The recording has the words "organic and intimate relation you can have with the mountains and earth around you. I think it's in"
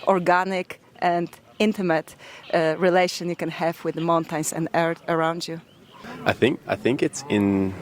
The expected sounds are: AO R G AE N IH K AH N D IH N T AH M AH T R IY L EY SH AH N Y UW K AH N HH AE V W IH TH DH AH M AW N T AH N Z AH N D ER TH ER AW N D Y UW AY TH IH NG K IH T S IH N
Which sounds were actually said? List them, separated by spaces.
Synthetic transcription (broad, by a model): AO R G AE N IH K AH N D IH N T AH M AH T R IY L EY SH AH N Y UW K AH N HH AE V W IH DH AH M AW N T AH N S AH N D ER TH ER AW N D Y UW AY TH IH NG K IH T S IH N